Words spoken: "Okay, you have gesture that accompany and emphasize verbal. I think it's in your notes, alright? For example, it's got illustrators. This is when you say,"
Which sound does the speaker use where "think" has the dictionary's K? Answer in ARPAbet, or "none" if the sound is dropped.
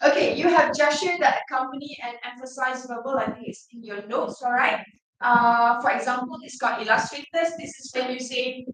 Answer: none